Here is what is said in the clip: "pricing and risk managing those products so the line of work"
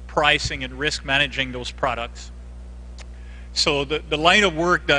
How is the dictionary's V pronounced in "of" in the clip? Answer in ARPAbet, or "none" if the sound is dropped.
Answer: V